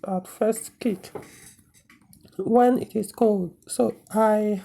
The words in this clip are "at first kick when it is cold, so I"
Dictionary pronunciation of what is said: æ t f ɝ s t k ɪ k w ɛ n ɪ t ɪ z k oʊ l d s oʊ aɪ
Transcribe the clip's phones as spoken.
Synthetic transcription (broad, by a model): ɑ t f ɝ s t k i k w ɛ n ɪ t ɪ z k oʊ l d s oʊ aɪ